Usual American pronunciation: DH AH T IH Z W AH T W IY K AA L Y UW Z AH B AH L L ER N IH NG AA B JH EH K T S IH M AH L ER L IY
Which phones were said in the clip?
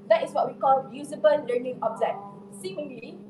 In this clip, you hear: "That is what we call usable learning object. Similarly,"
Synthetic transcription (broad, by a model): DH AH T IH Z W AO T W IY K AA L Y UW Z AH B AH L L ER N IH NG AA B Z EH T S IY M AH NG L IY